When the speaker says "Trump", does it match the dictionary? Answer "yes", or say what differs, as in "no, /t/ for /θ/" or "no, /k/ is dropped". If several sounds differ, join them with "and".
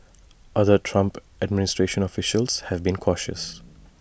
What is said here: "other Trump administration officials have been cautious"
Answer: yes